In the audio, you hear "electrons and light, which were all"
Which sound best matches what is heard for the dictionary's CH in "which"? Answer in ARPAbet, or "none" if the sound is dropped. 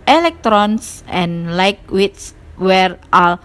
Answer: S